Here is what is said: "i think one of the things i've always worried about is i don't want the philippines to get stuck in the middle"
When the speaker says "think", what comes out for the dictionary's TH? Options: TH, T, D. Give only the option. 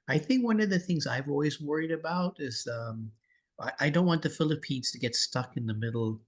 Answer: TH